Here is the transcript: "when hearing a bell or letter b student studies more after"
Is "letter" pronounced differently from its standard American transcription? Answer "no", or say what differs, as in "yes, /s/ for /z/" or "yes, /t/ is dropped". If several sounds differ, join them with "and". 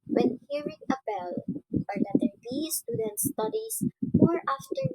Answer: yes, /n/ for /l/